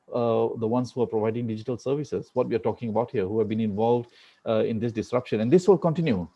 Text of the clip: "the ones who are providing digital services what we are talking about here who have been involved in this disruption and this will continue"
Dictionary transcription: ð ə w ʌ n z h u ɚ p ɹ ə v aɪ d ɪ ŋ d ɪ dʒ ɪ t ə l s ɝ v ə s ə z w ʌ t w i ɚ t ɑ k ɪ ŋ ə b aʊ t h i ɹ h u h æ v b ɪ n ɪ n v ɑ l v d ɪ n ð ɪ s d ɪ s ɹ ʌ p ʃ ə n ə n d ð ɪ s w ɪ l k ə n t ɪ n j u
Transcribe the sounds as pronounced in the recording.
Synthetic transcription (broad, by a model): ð ə w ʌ n s h u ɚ p ɹ ə v aɪ d ɪ ŋ d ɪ dʒ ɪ t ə l s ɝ v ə s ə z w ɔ t w i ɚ t ɑ k ɪ ŋ ə b aʊ t h i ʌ h u h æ v b ɪ n ɪ n v ɑ l v d ɪ n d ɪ s d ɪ s ɹ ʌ p ʃ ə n ə n d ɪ s w ɪ l k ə n t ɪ n j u